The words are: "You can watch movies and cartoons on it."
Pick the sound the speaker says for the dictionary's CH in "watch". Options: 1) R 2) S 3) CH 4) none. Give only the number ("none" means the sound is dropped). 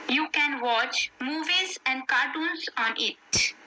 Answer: 3